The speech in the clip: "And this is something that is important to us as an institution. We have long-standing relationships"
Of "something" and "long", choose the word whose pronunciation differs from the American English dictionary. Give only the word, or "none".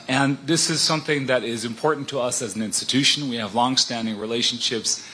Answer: none